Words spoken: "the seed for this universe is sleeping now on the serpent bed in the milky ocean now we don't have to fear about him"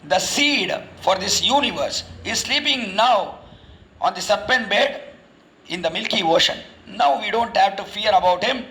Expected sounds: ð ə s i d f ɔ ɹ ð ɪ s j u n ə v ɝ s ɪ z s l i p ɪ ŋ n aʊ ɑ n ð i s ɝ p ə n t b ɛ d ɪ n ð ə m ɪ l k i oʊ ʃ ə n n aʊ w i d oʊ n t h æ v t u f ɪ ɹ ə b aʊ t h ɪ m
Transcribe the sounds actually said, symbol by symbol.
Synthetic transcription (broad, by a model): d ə s i d f ɔ ɹ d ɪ s j u n ə v ɝ s ɪ z s l i p ɪ ŋ n aʊ ɑ n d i s ɝ p ə n t b ɛ d ɪ n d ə m ɪ l k i oʊ ʃ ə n n aʊ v i d oʊ n t h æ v t u f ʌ ɹ ə b aʊ t h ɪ m